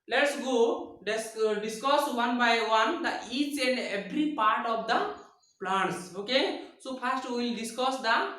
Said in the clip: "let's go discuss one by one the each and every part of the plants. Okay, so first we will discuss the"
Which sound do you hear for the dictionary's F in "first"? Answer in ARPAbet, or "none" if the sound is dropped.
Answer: P